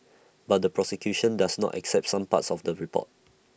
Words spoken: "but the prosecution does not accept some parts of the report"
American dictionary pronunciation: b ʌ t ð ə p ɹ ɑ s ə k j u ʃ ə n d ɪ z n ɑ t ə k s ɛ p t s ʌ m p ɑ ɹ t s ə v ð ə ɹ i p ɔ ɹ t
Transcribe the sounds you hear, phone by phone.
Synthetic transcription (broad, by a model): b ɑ t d ə p ɹ ɑ s ə k j u ʃ ə n d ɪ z n ɑ t ə k s ɛ p t s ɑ m p ɑ t s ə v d ə ɹ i p ɔ t